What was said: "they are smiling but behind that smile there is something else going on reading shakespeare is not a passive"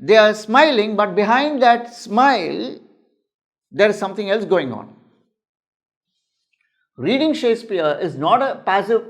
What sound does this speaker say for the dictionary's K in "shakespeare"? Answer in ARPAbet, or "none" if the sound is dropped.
none